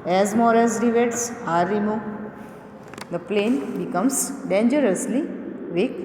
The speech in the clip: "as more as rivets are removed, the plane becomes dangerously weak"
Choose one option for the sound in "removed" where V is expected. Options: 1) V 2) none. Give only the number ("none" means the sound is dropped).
2